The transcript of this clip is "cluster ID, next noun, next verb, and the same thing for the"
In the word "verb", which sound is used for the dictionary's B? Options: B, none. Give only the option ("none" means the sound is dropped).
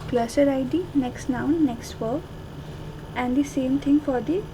none